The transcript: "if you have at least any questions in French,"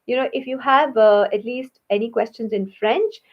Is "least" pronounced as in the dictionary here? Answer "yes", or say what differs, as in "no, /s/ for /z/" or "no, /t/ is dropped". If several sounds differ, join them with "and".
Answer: yes